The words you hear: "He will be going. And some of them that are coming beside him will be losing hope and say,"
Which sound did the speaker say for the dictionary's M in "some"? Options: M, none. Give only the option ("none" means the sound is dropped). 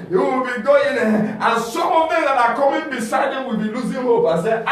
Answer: none